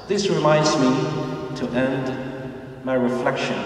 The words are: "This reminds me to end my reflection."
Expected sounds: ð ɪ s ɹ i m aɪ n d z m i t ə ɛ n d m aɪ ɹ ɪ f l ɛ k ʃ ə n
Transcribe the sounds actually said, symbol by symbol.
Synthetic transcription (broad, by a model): ð ɪ s ɹ i m aɪ n d z m i t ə ɛ n d m aɪ ɹ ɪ f l ɛ k ʃ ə n